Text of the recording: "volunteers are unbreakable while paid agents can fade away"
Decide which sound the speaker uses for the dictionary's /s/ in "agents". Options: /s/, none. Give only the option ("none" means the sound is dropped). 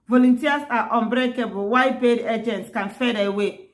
/s/